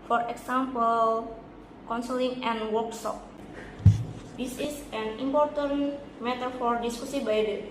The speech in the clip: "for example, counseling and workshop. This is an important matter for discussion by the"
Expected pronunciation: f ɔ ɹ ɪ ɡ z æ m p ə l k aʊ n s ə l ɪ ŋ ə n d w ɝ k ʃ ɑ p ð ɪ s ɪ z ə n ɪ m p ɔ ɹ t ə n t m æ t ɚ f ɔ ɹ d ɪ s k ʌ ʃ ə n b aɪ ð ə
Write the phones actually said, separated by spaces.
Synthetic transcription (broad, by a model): f ɔ ɹ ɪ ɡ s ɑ m p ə l k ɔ n s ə l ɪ ŋ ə n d w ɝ k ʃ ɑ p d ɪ s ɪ s ə n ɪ m p ɔ ɹ t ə n m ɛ t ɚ f ɔ ɹ d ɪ s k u s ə b aɪ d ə